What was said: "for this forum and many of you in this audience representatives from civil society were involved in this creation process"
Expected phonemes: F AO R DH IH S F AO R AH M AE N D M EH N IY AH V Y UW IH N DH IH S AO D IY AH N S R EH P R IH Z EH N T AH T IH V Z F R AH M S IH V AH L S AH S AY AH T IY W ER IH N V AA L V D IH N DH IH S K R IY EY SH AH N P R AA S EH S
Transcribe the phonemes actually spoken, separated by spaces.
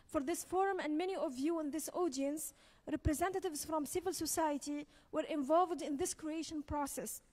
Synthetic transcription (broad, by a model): F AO R DH IH S F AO R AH M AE N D M EH N IY AH V Y UW IH N DH IH S AO D IY AH N S R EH P R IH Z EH N T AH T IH V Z F R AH M S IH V AH L S AH S AY AH T IY W ER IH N V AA L V D IH N DH IH S K R IY EY SH AH N P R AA S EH S